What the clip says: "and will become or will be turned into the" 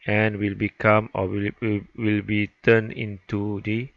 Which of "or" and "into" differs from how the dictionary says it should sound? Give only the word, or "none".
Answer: or